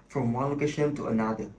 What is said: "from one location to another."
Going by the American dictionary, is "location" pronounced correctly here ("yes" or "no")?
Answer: yes